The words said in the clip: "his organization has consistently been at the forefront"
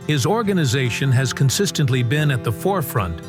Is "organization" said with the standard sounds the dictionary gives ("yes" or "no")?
yes